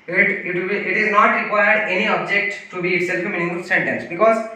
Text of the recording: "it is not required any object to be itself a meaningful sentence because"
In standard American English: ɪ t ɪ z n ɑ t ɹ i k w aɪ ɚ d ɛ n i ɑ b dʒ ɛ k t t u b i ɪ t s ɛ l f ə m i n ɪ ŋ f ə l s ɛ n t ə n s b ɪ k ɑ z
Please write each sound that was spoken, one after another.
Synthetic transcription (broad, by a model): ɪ t ɪ z n ɑ t ɹ i k w aɪ ɚ d ɛ n i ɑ b dʒ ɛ k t t u b i ɪ t s ɛ l f ə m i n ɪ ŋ ə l s ɛ n t ə n s b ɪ k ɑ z